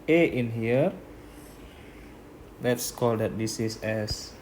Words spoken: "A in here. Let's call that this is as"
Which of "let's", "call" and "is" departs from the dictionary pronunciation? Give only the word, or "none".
is